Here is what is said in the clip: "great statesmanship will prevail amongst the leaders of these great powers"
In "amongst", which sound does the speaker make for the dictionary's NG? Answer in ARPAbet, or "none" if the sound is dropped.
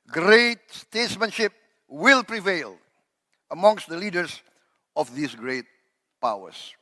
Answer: NG